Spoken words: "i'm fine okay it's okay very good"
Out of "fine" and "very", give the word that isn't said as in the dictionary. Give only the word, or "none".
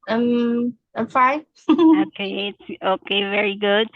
fine